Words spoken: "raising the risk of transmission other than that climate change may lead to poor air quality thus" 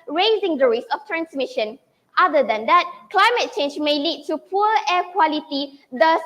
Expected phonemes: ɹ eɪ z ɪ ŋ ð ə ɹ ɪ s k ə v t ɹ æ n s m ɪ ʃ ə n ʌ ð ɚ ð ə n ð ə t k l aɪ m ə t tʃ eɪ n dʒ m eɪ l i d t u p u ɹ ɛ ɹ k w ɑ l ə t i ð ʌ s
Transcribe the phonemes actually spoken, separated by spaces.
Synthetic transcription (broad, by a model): ɹ eɪ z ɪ ŋ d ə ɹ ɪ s ə f t ɹ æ n s m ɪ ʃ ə n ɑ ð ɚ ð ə n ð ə t k l aɪ m ə t tʃ eɪ n dʒ m eɪ l i d t u p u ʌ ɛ k w ɑ l ə t i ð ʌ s